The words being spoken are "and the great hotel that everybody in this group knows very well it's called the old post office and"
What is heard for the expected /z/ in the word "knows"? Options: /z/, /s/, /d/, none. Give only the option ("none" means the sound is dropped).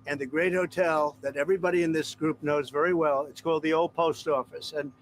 /z/